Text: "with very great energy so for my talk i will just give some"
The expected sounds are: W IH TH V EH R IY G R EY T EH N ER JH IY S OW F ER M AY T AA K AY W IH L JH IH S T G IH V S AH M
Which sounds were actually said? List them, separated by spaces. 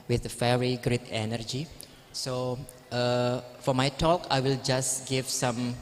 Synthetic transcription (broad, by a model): W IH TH F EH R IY G R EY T EH N ER JH IY S OW F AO M AY T AA K AY W IH L JH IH S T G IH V S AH M